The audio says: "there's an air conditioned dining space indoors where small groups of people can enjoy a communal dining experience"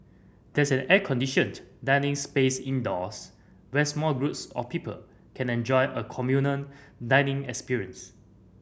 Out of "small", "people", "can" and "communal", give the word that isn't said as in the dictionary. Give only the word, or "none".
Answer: communal